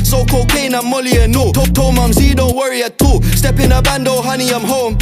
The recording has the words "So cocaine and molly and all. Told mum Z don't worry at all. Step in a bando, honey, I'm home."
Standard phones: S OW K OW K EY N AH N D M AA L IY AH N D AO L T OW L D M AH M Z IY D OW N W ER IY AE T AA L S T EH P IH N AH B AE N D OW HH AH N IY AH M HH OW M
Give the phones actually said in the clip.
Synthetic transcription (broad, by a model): S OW K OW K EY N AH M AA L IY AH N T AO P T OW M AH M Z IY D OW N W ER IY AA T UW S T EH P IH N AH B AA N D OW HH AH N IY AH M HH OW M